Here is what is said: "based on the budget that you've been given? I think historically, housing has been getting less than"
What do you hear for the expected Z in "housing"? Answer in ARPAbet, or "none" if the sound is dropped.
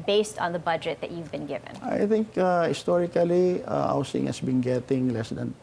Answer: S